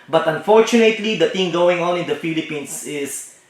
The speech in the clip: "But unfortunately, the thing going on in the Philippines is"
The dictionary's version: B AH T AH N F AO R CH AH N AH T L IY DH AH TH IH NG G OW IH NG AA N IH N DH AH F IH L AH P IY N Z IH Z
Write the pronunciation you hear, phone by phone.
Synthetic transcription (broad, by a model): B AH T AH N F AO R CH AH N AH T L IY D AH T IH NG G OW IH NG AA N IH N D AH F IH L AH P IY N S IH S